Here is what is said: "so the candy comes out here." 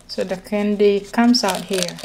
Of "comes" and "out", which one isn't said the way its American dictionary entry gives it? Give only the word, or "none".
comes